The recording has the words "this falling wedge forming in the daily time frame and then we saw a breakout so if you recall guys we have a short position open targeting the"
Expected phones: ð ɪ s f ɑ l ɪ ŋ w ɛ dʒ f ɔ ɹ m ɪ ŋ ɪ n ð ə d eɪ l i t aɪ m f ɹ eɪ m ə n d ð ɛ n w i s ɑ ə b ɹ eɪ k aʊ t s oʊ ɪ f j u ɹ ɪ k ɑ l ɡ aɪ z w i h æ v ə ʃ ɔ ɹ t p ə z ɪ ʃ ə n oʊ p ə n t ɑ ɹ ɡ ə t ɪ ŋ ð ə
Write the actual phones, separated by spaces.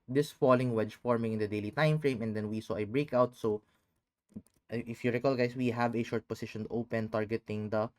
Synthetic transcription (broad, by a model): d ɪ s f ɑ l ɪ ŋ w ɛ dʒ f ɔ ɹ m ɪ ŋ ɪ n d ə d eɪ l i t aɪ m f ɹ eɪ m ə n d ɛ n w i s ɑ ə b ɹ eɪ k aʊ t s oʊ ɪ f j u ɹ ɪ k ɑ l ɡ aɪ s w i h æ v ə ʃ ɔ ɹ t p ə s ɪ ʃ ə n oʊ p ə n t ɑ ɹ ɡ ə t ɪ ŋ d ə